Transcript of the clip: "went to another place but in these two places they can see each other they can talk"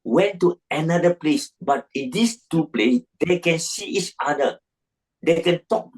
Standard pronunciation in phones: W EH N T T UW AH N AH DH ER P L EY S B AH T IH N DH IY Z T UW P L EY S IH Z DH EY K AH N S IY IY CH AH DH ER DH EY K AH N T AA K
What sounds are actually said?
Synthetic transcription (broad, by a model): W EH N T T UW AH N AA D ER P L EY S B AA T IH N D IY S T UW P L EY S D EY K AH N S IY IY CH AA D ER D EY K AH N T AA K